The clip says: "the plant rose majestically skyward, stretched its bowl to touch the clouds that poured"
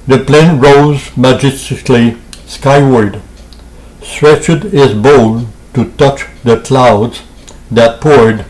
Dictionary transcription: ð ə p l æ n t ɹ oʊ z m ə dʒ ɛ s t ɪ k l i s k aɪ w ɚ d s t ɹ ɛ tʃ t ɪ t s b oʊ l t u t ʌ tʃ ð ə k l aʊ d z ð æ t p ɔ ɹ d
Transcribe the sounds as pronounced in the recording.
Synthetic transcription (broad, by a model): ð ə p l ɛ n ɹ oʊ z m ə dʒ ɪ s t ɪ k l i s k aɪ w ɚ d s t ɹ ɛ tʃ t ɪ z b oʊ l t u t ʌ tʃ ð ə k l aʊ d z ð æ t p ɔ ɹ d